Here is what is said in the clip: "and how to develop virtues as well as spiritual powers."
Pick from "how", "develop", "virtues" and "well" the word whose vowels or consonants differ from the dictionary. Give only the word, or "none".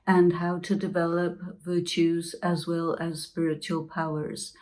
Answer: none